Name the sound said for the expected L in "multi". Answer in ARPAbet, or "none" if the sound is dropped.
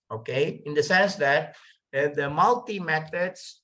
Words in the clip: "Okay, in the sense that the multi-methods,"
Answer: L